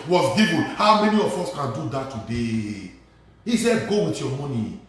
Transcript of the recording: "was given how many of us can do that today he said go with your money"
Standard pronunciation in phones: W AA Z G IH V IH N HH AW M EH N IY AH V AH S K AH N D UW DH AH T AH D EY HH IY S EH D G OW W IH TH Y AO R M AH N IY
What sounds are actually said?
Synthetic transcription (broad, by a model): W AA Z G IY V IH L HH AW M EH N IY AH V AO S K AH N D UW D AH T AH D EY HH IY S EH G OW W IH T Y AO M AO N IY